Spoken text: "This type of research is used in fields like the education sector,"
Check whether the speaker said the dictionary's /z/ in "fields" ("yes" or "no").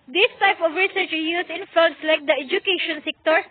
no